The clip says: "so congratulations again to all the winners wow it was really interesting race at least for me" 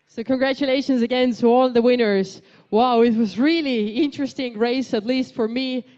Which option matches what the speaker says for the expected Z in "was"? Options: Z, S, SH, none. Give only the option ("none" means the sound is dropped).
Z